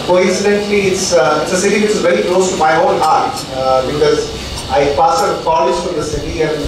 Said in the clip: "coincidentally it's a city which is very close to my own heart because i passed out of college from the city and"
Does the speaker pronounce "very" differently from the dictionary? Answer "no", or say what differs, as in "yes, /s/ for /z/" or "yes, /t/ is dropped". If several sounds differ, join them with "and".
no